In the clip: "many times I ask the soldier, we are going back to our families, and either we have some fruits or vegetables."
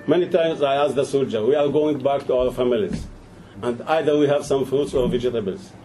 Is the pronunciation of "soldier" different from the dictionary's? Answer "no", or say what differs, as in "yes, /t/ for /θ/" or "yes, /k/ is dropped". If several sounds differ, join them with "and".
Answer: no